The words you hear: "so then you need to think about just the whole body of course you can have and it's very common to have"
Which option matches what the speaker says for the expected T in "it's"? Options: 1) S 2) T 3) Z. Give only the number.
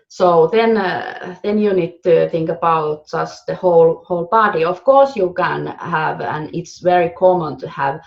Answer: 2